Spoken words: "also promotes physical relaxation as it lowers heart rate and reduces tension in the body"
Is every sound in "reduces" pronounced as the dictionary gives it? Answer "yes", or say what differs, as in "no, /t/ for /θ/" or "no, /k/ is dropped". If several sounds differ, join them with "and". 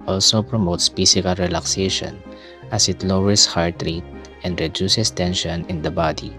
no, /s/ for /z/